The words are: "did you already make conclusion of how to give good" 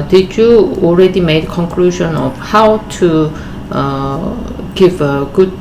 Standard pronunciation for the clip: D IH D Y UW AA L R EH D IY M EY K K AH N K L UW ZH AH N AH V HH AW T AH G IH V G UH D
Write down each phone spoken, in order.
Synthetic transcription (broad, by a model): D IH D Y UW AA L R EH D IY M EY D K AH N K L UW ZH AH N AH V HH AW T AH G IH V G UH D